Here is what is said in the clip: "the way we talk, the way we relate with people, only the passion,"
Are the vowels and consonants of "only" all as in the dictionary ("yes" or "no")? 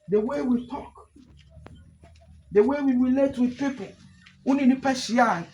no